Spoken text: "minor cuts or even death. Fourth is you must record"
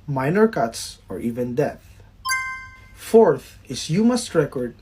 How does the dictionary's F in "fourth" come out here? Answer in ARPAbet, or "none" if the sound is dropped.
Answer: F